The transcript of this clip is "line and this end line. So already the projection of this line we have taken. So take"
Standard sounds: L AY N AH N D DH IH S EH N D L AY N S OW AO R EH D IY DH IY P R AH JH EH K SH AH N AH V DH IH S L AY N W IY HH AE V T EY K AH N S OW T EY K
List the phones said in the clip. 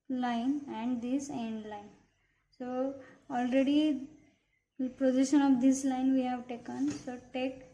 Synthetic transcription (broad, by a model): L AY N AH N D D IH S EH N D L AY N S OW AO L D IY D IY P R AH JH EH K SH AH N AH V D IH S L AY N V IY HH AE V T EY K AH N S OW T EY K